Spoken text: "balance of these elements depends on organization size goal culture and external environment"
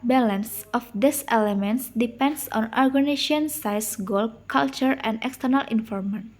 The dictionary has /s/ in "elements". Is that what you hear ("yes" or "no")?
yes